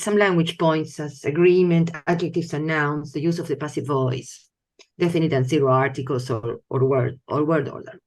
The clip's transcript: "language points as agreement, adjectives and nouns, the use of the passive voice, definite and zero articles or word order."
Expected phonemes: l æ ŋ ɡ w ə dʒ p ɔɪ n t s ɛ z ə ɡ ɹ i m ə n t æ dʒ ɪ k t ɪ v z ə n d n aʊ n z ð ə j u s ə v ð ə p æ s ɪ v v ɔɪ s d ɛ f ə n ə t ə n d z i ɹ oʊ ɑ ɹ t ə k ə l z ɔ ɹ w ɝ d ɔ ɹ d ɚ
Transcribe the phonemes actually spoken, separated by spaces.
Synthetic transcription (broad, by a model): l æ ŋ ɡ w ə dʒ p ɔɪ n t s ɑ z ə ɡ ɹ i m ə n t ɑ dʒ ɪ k t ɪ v s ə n n aʊ n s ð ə j u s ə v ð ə p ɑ s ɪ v v ɔɪ s d ɛ f ə n ə t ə n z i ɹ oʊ ɑ ɹ t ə k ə l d ɔ ɹ w ɝ d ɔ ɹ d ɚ